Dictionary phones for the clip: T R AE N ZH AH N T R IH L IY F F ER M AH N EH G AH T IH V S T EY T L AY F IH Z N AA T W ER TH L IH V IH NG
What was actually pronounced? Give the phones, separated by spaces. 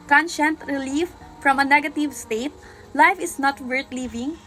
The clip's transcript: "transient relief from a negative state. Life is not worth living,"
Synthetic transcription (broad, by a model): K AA N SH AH N T R IH L IY F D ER M AH N EH G AH T IH V S T EY T L AY F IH S N AA T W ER T L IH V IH NG